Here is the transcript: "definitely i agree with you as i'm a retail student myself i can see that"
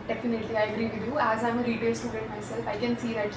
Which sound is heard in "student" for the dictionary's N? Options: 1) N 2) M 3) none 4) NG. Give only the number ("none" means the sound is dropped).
3